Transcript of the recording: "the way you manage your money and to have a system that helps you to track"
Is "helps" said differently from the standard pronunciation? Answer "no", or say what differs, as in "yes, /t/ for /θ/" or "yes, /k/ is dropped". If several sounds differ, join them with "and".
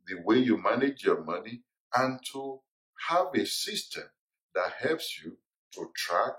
no